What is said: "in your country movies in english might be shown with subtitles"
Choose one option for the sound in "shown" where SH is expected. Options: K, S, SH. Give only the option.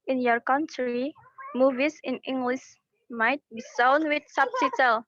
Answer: S